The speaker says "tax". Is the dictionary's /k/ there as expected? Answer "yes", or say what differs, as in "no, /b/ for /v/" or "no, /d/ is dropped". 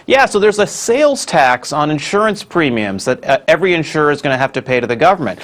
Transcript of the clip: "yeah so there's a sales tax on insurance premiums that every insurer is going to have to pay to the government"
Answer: yes